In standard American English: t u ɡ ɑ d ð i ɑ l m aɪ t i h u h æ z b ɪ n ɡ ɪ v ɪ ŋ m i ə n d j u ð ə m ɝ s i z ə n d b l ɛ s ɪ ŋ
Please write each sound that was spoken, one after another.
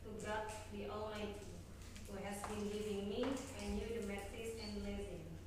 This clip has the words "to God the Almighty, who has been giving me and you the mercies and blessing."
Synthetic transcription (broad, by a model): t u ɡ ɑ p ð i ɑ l aɪ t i h u h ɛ s b ɪ n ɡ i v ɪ ŋ m i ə n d j u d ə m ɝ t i s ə n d l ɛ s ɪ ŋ